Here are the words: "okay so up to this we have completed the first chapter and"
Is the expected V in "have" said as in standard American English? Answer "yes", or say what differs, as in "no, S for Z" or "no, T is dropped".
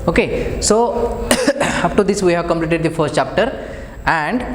yes